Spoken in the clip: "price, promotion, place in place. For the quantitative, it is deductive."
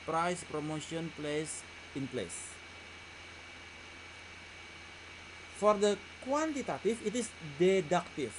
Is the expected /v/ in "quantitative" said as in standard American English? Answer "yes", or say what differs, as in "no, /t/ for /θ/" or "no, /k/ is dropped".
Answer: no, /f/ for /v/